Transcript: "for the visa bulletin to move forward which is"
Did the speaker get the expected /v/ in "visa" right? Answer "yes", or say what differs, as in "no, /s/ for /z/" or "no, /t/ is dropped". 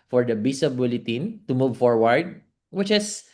no, /b/ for /v/